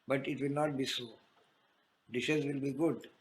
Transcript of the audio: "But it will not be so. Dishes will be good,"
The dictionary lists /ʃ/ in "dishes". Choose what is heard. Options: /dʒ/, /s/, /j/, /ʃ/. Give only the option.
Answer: /ʃ/